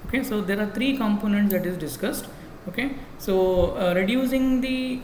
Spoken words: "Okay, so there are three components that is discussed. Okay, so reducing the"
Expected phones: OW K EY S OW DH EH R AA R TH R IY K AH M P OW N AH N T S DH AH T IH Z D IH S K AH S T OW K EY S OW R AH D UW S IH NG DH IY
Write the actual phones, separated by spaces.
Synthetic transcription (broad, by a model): OW K EY S OW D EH R AA R T R IY K AH M P OW N AH N T S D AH T IH Z D IH S K AH S T OW K EY S OW R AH D UW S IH NG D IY